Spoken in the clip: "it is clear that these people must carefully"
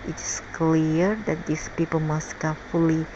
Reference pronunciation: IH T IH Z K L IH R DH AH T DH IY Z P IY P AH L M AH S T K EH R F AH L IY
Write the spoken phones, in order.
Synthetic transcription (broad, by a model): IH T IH S K L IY R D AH T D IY S P IY P AH L M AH S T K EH F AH L IY